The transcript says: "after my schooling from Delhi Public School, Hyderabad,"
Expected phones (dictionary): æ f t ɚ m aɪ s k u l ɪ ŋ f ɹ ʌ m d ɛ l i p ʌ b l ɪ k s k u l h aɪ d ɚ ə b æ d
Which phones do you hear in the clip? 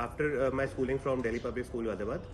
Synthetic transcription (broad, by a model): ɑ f t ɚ m aɪ s k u l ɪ ŋ f ɹ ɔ m d ɛ l i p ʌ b ɪ s k u l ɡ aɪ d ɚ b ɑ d